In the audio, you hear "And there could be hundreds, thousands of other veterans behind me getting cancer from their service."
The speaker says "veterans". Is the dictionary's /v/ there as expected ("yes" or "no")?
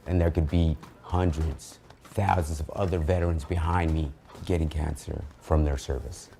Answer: yes